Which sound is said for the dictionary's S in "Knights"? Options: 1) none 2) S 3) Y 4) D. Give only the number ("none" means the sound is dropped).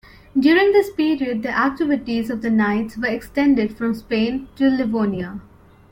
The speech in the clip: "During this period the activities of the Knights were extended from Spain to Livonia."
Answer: 2